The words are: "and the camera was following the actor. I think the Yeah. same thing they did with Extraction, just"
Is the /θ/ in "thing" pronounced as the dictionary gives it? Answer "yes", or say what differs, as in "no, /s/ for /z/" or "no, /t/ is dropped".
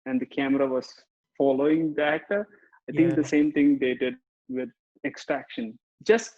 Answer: no, /t/ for /θ/